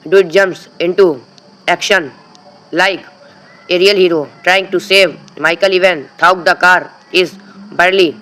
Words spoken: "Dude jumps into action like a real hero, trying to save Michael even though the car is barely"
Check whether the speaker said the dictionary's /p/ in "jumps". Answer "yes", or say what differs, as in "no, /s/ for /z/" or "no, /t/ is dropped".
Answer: yes